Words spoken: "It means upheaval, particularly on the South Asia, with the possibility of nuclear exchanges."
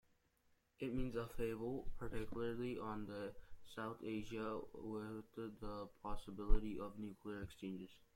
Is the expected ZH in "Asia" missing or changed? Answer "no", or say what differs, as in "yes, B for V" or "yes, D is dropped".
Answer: no